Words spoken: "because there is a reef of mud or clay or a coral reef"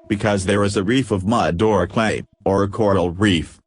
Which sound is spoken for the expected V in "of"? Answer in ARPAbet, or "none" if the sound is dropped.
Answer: V